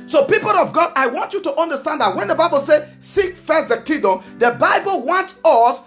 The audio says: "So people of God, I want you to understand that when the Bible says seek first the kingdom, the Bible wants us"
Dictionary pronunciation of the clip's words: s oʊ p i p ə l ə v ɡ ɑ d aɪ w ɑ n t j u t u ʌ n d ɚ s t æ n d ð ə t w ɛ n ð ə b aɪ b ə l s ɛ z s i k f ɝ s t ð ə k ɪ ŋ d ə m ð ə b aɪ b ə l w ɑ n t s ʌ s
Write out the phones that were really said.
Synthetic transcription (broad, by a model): s oʊ p i p ə l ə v ɡ ɑ d aɪ w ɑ n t j u t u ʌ n d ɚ s t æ n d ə t w ɛ n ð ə b aɪ b ə l s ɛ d s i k f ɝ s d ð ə k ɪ d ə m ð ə b aɪ b ə l w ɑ n t ʌ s